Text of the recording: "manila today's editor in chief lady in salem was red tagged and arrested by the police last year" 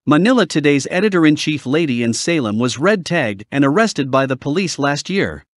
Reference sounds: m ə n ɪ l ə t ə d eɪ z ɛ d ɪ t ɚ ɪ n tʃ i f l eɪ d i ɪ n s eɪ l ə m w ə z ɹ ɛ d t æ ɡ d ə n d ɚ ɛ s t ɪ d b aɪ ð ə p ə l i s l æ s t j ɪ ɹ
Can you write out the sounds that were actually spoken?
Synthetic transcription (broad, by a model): m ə n ɪ l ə t ə d eɪ z ɛ d ɪ t ɚ ɪ n tʃ i f l eɪ d i ɪ n s eɪ l ə m w ə z ɹ ɛ d t æ ɡ d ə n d ɚ ɛ s t ɪ d b aɪ ð ə p ə l i s l æ s t j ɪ ɹ